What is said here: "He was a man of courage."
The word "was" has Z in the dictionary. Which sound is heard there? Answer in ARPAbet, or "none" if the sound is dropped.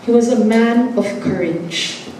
Z